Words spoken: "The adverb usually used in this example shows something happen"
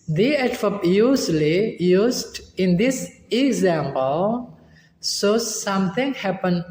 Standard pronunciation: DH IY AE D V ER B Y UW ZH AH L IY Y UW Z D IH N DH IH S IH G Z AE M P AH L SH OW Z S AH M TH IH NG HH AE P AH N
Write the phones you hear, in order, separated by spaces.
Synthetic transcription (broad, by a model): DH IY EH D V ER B Y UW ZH L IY Y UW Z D IH N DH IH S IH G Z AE M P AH L S OW S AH M T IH NG HH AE P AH N